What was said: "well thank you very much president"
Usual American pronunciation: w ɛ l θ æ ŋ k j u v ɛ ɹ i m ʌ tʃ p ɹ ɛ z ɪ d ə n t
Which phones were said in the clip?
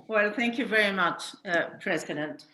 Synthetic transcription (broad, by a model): w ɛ l θ æ ŋ k j u v ɛ ɹ i m ʌ tʃ p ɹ ɛ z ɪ d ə n t